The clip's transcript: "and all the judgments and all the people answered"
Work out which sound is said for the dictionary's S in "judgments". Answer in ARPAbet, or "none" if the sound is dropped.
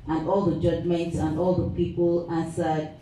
S